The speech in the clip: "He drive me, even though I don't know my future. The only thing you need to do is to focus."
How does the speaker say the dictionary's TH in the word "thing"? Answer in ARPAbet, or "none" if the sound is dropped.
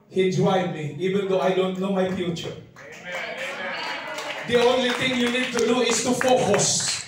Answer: T